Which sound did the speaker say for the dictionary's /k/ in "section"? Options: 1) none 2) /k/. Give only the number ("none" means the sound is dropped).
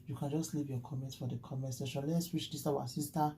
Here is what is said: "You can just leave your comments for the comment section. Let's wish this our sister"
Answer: 1